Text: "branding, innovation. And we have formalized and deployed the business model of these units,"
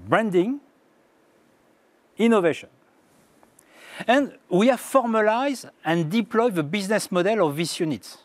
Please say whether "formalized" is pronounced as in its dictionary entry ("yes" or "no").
no